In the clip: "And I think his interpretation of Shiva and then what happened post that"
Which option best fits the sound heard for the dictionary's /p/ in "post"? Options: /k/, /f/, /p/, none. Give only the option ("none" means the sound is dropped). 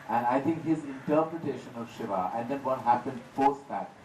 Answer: /f/